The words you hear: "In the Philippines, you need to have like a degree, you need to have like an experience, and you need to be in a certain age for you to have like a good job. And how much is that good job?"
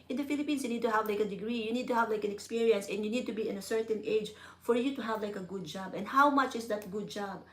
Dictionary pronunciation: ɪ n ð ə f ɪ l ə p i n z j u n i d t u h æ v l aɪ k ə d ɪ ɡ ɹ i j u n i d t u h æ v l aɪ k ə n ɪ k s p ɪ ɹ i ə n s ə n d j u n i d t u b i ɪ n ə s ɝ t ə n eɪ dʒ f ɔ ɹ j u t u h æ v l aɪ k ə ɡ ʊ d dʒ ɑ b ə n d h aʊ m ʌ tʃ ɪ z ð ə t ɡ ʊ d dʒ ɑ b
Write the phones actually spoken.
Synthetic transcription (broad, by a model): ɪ n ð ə f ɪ l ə p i n s j u n i d t u h æ v l aɪ k ə d ɪ ɡ ɹ i j u n i d t u h æ v l aɪ k ə n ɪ k s p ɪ ɹ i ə n s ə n j u n i d t u b i ɪ n ə s ɝ t ə n eɪ dʒ f ɔ ɹ j u t u h æ v l aɪ k ə ɡ ʊ d dʒ ɑ b ə n d h aʊ m ʌ tʃ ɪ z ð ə t ɡ ʊ d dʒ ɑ b